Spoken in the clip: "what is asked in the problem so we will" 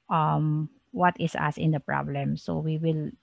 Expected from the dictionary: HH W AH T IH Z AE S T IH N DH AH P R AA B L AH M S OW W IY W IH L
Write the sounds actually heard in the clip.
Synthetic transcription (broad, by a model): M W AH T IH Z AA S IH N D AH P R AA B L AH M S OW W IY W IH L